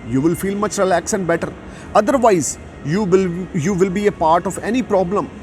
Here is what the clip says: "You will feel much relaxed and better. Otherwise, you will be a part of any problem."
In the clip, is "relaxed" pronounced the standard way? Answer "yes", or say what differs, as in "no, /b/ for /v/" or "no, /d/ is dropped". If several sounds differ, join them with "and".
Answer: no, /t/ is dropped